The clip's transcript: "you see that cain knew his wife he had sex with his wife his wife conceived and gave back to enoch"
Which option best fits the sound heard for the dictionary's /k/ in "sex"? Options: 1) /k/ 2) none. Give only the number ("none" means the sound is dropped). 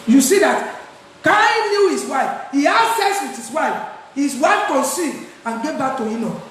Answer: 2